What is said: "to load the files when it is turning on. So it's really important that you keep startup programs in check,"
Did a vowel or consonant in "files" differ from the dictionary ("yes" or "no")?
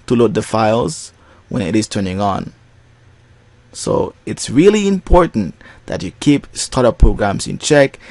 no